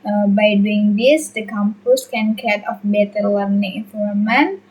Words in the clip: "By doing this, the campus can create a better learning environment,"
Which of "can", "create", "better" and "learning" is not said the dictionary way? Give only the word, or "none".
create